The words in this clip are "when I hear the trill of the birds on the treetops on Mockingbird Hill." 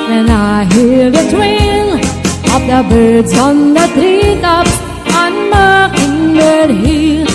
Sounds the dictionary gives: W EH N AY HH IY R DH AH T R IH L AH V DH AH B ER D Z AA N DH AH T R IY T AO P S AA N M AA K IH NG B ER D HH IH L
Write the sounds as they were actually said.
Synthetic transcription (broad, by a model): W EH N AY HH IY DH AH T W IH N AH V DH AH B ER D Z AA N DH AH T R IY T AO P AA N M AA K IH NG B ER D HH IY